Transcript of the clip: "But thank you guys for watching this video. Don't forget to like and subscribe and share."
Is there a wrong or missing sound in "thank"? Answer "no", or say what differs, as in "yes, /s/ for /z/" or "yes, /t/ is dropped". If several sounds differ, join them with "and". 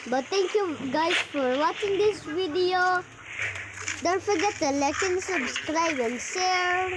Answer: yes, /t/ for /θ/